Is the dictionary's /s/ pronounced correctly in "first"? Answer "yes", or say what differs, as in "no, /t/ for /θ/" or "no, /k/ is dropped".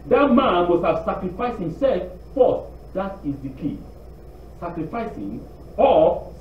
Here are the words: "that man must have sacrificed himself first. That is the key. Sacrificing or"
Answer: no, /s/ is dropped